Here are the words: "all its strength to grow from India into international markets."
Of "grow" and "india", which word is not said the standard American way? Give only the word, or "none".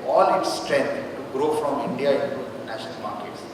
none